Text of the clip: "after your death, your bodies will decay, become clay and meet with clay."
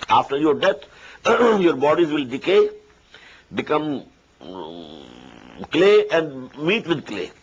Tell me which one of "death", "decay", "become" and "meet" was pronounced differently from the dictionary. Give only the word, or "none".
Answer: death